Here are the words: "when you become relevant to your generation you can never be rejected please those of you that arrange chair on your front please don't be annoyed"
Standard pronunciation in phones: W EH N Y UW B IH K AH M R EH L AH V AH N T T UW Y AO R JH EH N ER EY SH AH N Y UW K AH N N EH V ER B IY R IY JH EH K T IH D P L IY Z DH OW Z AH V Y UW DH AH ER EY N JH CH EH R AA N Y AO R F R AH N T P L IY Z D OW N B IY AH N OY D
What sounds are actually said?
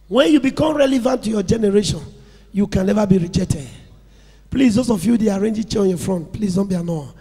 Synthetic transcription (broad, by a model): W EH N Y UW B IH K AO M R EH L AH V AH N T T UW Y AO JH EH N ER EY SH AH N Y UW K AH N N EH V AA B IY R IY JH EH K T IH D P L IY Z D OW S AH F Y UW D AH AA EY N JH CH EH AA N Y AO F R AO N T P L IY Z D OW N B IY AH N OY